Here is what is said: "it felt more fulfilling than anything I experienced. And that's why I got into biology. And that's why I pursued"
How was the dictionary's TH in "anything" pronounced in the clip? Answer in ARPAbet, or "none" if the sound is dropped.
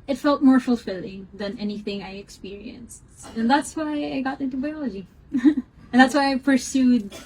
TH